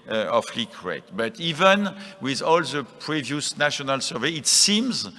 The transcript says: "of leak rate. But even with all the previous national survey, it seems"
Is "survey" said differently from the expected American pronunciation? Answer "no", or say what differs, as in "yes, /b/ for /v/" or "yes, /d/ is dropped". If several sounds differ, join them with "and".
no